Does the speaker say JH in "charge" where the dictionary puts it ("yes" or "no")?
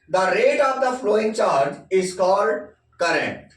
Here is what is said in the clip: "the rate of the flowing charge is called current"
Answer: yes